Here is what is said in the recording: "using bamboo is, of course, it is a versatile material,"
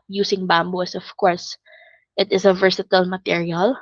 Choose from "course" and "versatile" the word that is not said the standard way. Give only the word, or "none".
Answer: none